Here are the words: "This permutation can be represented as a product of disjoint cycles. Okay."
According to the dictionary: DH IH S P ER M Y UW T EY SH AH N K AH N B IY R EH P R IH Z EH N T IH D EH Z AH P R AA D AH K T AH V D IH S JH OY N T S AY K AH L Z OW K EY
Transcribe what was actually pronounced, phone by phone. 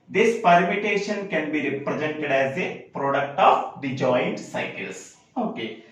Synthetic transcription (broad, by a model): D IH S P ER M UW T EY SH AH N K AH N B IY R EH P R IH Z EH N T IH D EH Z AH P R AA D AH K T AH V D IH JH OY N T S AY K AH L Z OW K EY